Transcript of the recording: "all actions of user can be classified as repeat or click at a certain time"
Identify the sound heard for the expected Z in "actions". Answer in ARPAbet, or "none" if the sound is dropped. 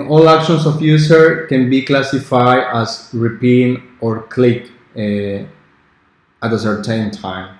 S